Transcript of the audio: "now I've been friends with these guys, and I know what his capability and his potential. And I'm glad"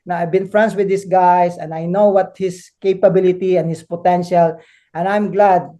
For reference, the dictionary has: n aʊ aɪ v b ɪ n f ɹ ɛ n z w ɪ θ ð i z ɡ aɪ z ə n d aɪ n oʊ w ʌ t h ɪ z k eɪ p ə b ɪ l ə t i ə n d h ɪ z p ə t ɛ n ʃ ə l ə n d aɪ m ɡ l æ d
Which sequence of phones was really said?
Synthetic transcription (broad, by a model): n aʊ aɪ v b ɪ n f ɹ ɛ n s w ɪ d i s ɡ aɪ s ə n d aɪ n oʊ w ʌ t h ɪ s k eɪ p ə b ɪ l ə t i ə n h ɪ s p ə t ɛ n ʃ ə l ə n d aɪ m ɡ l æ d